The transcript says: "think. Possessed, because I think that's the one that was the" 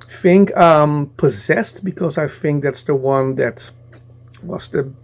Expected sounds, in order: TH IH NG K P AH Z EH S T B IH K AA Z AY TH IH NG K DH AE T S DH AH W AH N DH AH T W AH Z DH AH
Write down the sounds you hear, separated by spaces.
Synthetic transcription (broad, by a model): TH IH NG K P AH Z EH S T B IH K AA Z AY TH IH NG K DH AE T S DH AH W AH N DH AH T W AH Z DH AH